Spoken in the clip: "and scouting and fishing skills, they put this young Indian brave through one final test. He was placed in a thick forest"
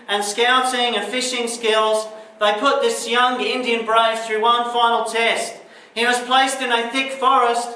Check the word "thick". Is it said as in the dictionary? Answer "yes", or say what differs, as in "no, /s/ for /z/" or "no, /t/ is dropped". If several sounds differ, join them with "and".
yes